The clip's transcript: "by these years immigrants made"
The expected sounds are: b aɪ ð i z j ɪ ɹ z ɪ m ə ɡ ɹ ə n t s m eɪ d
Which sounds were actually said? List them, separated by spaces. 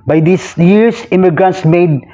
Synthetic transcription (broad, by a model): b aɪ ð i s j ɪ ɹ s ɪ m ə ɡ ɹ ə n t s m eɪ d